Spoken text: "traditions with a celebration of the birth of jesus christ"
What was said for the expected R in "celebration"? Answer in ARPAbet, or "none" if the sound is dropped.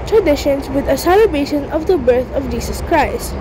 none